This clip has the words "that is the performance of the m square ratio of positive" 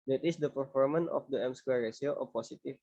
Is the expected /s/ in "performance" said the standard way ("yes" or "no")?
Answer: no